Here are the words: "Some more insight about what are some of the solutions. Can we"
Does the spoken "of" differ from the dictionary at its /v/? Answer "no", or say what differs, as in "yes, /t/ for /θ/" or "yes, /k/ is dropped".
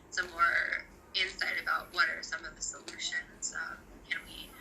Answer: no